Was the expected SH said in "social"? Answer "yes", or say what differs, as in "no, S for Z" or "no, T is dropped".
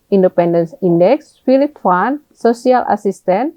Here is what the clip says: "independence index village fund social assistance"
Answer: no, S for SH